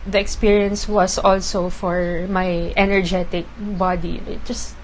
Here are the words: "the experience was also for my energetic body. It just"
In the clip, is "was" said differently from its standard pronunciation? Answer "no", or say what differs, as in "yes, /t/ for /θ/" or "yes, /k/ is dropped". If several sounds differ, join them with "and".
yes, /s/ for /z/